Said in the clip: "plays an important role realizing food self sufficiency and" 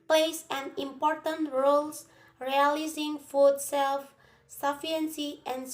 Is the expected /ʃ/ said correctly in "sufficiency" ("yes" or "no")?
no